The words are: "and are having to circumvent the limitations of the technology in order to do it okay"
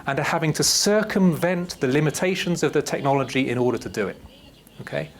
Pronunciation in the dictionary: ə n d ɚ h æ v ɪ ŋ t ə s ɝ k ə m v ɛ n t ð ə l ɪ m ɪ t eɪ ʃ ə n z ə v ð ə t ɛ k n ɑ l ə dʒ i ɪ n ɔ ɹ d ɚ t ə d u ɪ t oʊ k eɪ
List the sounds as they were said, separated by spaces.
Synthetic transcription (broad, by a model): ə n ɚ h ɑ v ɪ ŋ t ə s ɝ k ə m v ɛ n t ð ə l ɪ m ɪ t eɪ ʃ ə n z ə v ð ə t ɛ k n ɑ l ə dʒ i ɪ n ɔ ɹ d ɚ t ə d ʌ ɪ t oʊ k eɪ